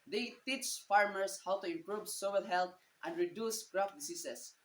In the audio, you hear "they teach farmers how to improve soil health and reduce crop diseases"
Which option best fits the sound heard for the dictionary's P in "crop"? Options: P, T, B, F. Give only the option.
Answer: F